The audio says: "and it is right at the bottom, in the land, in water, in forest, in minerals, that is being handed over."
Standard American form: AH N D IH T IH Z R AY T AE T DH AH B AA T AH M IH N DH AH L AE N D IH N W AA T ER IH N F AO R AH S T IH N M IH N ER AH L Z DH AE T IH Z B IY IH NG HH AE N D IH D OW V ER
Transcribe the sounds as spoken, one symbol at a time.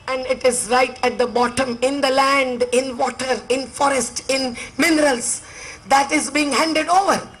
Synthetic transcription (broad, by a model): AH N D IH T IH Z R AY T AE T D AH B AA T AH M IH N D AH L AE N D IH N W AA T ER IH N F AO R AH S T IH N M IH N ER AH L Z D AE T IH Z B IY IH NG HH AE N D IH D OW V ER